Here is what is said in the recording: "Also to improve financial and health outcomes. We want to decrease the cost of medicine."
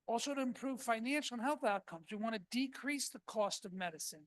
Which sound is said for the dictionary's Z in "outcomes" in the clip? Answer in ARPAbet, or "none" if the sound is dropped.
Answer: Z